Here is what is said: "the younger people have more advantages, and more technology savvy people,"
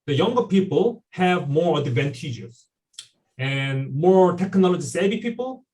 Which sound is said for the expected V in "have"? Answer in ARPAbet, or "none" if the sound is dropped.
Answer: V